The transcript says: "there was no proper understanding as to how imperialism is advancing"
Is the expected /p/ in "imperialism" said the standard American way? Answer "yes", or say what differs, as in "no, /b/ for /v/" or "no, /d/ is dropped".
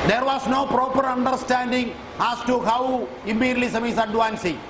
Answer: no, /p/ is dropped